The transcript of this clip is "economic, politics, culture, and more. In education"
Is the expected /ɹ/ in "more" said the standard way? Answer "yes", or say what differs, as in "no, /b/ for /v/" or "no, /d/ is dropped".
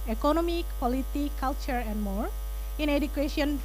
yes